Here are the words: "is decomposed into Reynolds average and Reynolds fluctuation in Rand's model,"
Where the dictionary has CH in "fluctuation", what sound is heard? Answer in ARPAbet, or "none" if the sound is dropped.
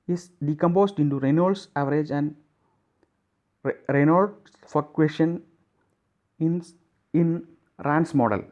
none